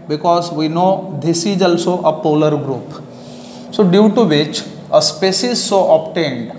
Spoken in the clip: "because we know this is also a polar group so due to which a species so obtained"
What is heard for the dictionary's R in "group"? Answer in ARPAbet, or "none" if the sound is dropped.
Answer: R